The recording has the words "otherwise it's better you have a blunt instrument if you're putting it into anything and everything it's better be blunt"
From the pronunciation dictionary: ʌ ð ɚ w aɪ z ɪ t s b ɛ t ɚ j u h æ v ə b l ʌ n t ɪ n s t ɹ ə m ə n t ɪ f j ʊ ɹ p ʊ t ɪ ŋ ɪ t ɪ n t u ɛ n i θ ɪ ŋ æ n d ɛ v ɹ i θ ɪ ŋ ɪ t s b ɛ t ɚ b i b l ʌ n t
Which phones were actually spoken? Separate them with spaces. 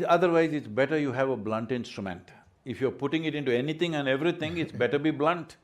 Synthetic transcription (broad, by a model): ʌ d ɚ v aɪ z ɪ t s b ɛ t ɚ j u h æ v ə b l ʌ n t ɪ n s t ɹ ə m ə n t ɪ f j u ɹ p ʊ t ɪ ŋ ɪ t ɪ n t u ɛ n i t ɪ ŋ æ n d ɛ v ɹ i t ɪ ŋ ɪ t s b ɛ t ɚ b i b l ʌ n t